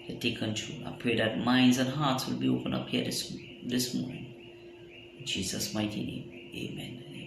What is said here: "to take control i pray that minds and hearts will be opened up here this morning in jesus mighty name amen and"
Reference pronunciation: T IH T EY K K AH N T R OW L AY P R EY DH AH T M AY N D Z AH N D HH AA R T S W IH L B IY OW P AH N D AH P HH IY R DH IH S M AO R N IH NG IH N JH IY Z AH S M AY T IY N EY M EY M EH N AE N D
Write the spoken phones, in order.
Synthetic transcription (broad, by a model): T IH T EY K K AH N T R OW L AY P R EY DH AH T M AY N D Z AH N HH AA R T S W IH L B IY OW P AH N AH P HH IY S DH IH S M AO R N IH NG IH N JH IY Z AH S M AY T IY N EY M EY M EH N N